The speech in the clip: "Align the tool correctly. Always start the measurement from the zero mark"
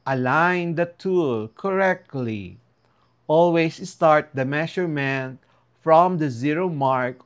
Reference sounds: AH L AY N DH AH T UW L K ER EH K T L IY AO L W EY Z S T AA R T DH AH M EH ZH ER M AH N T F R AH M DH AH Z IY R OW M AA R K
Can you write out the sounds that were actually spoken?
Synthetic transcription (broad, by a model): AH L AY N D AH T UW L K ER EH K T L IY AO L W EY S S T AA R T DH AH M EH SH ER M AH N F R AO M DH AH Z IY R OW M AA R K